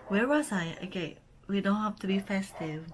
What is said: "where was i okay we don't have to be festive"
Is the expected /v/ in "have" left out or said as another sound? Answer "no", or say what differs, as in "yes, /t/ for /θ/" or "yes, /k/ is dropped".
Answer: yes, /f/ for /v/